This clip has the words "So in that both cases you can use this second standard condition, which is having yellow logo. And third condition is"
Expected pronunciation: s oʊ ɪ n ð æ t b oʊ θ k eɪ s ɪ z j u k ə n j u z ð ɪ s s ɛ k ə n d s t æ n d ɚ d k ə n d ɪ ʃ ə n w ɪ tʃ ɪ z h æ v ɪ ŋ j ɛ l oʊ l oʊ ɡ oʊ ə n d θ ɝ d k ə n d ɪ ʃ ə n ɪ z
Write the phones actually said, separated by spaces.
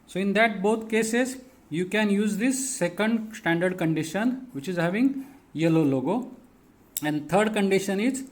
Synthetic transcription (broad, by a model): s oʊ ɪ n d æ t b oʊ t k eɪ s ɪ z j u k ə n j u z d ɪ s s ɛ k ə n d s t æ n d ɚ d k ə n d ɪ ʃ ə n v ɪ tʃ ɪ z h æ v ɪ ŋ j ɛ l oʊ l oʊ ɡ oʊ ə n d t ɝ d k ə n d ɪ ʃ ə n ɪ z